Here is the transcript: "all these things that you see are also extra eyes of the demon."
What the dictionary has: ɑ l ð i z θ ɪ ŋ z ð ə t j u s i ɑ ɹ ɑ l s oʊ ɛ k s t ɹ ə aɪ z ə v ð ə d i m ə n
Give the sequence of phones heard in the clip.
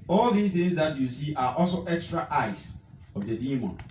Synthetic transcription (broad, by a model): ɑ l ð i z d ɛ z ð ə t j u s i ɑ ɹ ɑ l s oʊ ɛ k s t ɹ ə aɪ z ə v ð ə d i m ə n